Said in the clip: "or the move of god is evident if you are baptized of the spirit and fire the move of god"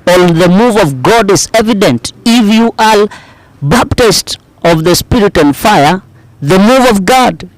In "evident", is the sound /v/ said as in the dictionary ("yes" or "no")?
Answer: yes